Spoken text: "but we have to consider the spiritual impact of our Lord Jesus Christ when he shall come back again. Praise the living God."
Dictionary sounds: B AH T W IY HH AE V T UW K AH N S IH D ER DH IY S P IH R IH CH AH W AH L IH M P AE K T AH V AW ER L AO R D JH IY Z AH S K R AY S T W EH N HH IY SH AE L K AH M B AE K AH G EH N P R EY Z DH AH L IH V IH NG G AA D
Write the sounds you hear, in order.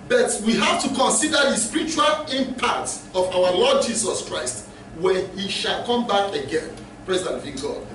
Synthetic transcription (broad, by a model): B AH T W IY HH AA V T UW K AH N S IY D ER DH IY S P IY R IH CH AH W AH L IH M P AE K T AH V AW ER L AO D JH IY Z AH S K R AY S T W EH N HH IY SH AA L K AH M B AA K AH G EH N P R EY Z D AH N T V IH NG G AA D